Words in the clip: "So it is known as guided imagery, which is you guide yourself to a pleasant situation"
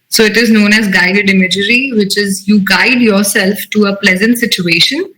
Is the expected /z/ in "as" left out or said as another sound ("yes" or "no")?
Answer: no